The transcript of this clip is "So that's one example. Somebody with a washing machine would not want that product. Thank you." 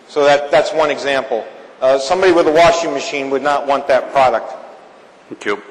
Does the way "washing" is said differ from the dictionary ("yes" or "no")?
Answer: no